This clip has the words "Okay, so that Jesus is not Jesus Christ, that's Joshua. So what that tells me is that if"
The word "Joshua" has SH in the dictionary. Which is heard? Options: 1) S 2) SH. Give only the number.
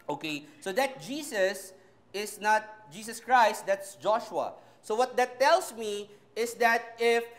2